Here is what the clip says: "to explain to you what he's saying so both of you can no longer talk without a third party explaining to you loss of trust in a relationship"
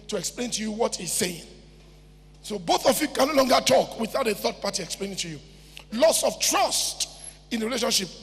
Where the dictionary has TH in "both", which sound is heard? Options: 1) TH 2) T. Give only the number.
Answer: 1